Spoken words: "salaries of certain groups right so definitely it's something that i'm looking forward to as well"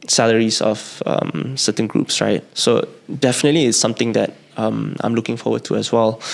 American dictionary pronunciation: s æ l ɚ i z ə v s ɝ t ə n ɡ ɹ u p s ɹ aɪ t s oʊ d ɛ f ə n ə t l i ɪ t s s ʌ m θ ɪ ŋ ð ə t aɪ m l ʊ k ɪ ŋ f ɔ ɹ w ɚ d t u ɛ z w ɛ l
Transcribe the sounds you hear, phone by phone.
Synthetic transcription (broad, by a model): s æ l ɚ i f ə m s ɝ t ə n ɡ ɹ u p s ɹ aɪ t s oʊ d ɛ f ə n ə t l i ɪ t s s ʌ m t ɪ ŋ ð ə t aɪ m l ʊ k ɪ ŋ f ɔ w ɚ d t u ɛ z w ɛ l